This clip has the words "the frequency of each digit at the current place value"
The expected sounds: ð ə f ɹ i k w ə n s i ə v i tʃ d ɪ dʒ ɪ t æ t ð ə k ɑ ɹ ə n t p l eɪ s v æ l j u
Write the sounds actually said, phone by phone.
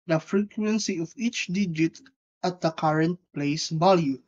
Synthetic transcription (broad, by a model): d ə f ɹ i k w ə n s i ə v i tʃ d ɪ dʒ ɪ t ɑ t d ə k ɑ ɹ ə n t p l eɪ s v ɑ l j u